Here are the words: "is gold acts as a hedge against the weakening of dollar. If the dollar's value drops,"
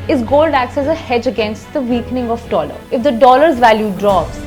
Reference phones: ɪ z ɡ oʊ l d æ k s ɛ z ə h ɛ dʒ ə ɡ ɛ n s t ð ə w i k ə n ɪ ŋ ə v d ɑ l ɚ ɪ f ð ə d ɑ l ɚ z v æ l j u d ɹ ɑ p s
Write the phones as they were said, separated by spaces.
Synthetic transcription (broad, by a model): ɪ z ɡ oʊ l d æ k s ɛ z ə h ɛ dʒ ə ɡ ɛ n s t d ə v i k n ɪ ŋ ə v d ɑ l ɚ ɪ f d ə d ɑ l ɚ z v æ l j u d ɹ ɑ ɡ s